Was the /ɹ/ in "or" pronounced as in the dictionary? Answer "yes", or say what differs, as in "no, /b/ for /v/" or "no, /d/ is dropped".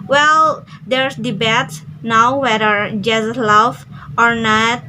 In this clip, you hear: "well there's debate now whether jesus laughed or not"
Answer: yes